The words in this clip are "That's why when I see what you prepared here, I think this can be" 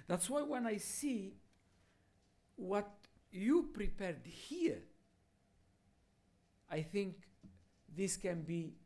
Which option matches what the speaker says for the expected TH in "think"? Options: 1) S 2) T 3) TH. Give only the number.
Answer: 3